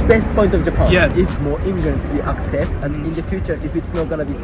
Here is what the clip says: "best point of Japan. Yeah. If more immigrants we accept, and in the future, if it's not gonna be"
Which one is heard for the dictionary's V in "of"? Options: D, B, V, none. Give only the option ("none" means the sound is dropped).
V